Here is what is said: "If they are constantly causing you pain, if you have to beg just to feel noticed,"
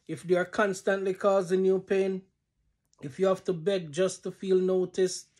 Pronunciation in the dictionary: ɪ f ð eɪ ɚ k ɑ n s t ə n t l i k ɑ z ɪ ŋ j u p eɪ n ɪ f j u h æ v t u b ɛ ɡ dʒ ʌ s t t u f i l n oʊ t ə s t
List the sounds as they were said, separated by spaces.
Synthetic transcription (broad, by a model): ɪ f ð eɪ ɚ k ɑ n s t ə n t l i k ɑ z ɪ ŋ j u p eɪ n ɪ f j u h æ f t u b ɛ ɡ dʒ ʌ s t t u f i l n oʊ t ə s